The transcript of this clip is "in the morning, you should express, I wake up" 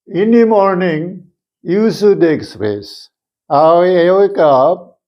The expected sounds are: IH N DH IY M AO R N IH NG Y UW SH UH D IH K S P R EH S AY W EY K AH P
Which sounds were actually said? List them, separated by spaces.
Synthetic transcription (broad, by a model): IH N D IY M AO R N IH NG Y UW S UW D IH K S P R EH S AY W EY K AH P